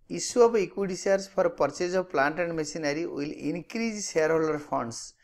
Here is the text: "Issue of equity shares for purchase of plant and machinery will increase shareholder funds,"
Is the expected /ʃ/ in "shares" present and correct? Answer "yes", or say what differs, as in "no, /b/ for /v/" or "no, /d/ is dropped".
no, /s/ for /ʃ/